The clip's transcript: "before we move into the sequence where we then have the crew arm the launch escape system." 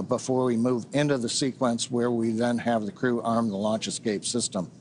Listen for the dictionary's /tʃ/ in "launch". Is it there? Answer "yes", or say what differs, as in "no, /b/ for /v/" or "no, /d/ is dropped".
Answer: yes